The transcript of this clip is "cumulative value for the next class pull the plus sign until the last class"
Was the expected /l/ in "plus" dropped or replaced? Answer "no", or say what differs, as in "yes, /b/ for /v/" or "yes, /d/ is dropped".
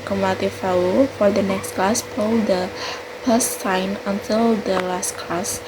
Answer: yes, /l/ is dropped